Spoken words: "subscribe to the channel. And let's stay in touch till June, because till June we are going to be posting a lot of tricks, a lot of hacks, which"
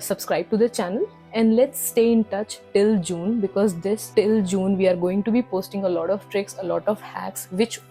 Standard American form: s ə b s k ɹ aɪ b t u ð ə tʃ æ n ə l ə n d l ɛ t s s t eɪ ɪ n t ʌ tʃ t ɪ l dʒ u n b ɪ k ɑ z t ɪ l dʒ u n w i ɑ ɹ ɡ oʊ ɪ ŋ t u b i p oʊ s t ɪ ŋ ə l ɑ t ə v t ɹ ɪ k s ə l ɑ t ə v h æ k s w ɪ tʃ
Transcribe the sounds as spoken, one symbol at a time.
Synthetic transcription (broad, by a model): s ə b s k ɹ aɪ b t u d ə tʃ æ n ə l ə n d l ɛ t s s t eɪ ɪ n t ʌ tʃ t ɪ l dʒ u n b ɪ k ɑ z t ɪ l dʒ u n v i ɑ ɹ ɡ oʊ ɪ ŋ t u b i p oʊ s t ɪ ŋ ə l ɑ t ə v t ɹ ɪ k s ə l ɑ t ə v h æ k s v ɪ tʃ